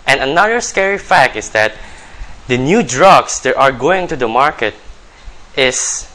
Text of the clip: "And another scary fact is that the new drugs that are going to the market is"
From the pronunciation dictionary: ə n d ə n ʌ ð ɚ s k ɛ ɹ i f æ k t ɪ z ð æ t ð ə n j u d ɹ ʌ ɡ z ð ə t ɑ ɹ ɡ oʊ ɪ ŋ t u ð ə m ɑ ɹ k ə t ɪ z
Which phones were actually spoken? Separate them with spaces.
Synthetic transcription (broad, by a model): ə n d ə n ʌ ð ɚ s k ɛ ɹ i f æ k t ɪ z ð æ t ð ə n j u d ɹ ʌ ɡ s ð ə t ɑ ɹ ɡ oʊ ɪ ŋ t u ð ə m ɑ ɹ k ə t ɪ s